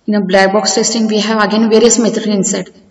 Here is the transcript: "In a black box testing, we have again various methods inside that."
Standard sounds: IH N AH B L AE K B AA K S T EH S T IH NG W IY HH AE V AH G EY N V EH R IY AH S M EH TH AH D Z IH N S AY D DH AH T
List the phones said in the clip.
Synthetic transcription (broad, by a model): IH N AH B L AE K B AA K S T EH S T IH NG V IY HH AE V AH G EY N V EH R IY AH S M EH T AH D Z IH N S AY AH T